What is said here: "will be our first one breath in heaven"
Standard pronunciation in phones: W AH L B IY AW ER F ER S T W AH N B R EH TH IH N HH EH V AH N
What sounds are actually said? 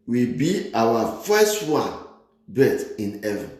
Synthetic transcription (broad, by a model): W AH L B IY AW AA F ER S T W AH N B EH T IH N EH V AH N